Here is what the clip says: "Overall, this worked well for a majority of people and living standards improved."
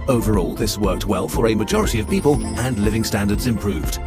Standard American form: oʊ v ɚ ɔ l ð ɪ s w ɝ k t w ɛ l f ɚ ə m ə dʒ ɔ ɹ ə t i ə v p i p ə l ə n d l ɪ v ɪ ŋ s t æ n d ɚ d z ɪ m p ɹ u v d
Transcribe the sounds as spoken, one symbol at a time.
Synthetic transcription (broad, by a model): oʊ v ɚ ɔ l ð ɪ s w ɝ k t w ɛ l f ɚ ə m ə dʒ ɔ ɹ ə t i ə v p i p ə l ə n l ɪ v ɪ ŋ s t æ n d ɚ d z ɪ m p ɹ u v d